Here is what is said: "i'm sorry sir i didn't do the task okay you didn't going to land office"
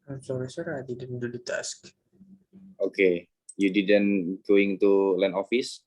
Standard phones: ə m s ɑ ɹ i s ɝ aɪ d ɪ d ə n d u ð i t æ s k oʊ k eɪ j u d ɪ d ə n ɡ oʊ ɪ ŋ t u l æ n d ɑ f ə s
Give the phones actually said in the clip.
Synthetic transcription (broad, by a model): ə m s ɑ ɹ i s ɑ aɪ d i d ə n d u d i t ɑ s k oʊ k eɪ j u d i d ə n ɡ oʊ ɪ ŋ t u l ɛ n ɑ f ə s